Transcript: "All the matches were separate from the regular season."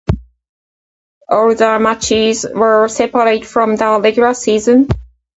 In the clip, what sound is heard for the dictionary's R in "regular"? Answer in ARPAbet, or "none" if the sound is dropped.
L